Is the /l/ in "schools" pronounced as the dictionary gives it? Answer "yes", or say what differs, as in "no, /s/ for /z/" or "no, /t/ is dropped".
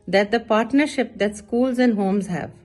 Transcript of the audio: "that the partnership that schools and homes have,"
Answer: yes